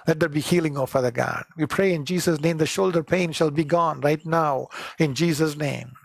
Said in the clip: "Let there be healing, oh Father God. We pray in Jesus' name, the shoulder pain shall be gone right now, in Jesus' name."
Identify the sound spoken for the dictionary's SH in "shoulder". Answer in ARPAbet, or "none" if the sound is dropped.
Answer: SH